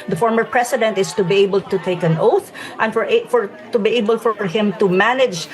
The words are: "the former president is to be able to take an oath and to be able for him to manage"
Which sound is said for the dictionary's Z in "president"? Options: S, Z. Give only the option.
S